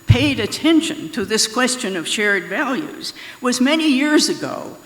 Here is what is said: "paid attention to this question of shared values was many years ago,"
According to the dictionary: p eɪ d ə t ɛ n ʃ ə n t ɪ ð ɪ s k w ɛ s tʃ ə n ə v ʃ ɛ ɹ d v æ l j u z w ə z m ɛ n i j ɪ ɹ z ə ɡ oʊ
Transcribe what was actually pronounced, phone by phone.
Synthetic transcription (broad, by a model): p eɪ d ə t ɛ n ʃ ə n t ɪ ð ɪ s k w ɛ s tʃ ə n ə v ʃ ɛ ɹ d v æ l j u z w ə z m ɛ n i j ɪ ɹ z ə ɡ oʊ